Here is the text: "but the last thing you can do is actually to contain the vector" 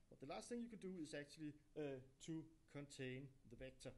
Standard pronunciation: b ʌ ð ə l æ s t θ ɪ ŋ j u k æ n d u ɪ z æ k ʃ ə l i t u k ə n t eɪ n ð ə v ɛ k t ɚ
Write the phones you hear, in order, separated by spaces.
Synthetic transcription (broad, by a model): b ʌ ð ə l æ s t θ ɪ ŋ j u k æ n d u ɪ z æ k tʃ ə l i s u k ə n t eɪ n ð ə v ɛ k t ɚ